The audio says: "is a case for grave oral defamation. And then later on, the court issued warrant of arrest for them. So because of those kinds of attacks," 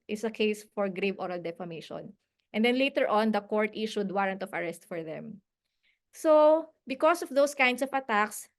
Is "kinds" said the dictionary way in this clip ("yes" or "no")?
no